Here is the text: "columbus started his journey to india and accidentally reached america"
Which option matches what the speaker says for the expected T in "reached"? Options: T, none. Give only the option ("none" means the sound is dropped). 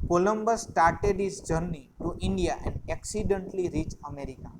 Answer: none